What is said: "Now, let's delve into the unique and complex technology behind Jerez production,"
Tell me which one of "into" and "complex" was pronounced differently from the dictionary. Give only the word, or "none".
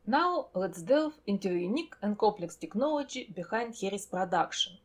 none